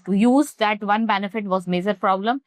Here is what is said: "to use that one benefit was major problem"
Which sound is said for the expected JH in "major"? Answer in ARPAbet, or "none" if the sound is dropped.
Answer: JH